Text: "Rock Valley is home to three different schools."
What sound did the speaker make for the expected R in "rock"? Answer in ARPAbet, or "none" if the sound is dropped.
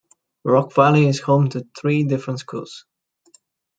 R